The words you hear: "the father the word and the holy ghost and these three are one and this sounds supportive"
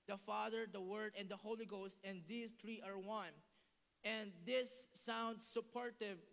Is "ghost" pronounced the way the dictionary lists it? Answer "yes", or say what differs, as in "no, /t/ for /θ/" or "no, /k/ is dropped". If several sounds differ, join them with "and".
yes